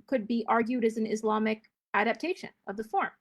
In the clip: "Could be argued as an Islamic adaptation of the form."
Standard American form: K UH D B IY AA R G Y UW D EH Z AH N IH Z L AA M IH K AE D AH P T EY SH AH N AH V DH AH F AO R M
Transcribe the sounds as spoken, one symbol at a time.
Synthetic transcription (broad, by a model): K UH D B IY AA R G Y UW D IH Z N IH Z L AA M IH K AE D AH P T EY SH AH N AH V DH AH F AO R M